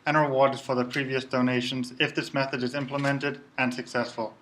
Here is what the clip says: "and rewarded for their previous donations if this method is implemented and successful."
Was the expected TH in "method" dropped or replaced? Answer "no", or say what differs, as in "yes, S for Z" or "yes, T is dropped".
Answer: no